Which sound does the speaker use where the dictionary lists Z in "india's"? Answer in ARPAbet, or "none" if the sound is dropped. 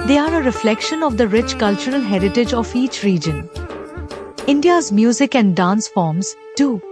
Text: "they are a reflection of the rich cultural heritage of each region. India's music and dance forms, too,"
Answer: Z